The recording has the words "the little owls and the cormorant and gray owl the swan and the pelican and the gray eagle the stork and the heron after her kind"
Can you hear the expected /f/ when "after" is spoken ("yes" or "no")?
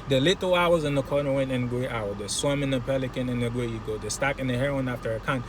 yes